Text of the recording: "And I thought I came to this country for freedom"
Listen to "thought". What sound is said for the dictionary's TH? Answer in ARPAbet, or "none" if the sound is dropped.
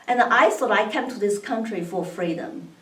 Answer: S